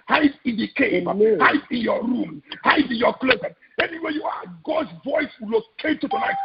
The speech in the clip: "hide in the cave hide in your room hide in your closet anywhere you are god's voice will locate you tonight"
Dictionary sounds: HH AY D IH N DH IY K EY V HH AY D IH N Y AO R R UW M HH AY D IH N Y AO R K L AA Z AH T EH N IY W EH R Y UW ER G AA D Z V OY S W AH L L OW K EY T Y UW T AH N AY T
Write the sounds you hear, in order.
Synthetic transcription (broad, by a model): HH AY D IH N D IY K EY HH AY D IH N Y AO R R UW M HH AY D IH N Y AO K L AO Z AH EH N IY W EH Y UW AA G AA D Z V OY S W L L OW K EY T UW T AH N AY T